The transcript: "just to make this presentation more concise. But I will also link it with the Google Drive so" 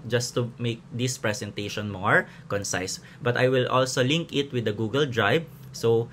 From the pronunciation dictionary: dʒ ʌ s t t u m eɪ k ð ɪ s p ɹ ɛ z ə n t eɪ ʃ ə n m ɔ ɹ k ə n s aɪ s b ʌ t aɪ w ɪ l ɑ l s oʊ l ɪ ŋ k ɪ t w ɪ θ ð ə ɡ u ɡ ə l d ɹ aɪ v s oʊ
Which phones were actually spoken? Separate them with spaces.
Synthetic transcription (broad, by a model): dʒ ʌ s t t u m eɪ k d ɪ s p ɹ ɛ s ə n t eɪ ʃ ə n m ɔ ɹ k ə n s aɪ s b ʌ t aɪ w ɪ l ɑ l s oʊ l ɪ ŋ k ɪ t w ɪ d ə ɡ u ɡ ə l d ɹ aɪ b s oʊ